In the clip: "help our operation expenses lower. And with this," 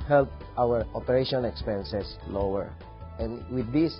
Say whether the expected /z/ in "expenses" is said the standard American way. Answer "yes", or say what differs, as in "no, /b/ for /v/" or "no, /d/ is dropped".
no, /s/ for /z/